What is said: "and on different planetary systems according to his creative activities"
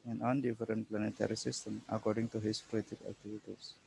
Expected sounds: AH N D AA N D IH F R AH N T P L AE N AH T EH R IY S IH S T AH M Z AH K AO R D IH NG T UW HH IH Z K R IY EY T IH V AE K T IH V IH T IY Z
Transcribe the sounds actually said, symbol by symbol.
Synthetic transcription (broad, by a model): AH N AA N D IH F R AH N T P L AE N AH T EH R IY S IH S T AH M AH K AO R D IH NG T UW HH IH S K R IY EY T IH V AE K T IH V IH T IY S